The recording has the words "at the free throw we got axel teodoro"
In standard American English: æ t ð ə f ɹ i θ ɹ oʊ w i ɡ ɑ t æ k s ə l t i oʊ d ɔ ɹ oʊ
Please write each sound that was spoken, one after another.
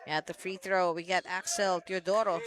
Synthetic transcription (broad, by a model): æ t ð ə f ɹ i θ ɹ oʊ w i ɡ ɑ t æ k s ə l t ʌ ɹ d ɔ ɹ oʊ